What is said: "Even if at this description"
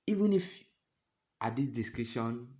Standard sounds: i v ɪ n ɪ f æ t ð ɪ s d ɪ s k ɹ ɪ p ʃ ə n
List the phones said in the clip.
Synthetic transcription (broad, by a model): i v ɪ n ɪ f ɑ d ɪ d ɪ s k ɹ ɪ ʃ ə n